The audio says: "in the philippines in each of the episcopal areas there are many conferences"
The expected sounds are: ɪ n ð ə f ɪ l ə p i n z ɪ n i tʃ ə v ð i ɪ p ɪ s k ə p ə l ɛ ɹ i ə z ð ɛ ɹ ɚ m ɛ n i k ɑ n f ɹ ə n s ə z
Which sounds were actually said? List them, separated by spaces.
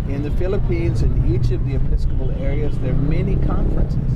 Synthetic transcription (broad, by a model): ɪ n ð ə f ɪ l ə p i n z ɪ n i tʃ ə v ð i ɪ p ɪ s k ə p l ɛ ɹ i ə z ð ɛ ɹ m ɛ n i k ɑ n f ɹ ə n s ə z